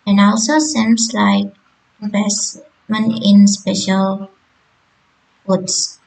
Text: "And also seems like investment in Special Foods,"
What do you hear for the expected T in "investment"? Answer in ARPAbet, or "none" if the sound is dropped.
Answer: none